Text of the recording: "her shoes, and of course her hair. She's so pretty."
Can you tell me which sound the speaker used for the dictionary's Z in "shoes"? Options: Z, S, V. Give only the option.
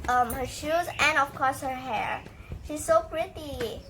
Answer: Z